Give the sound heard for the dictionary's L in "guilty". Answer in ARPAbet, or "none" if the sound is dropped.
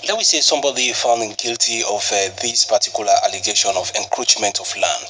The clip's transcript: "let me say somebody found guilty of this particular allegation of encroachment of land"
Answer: L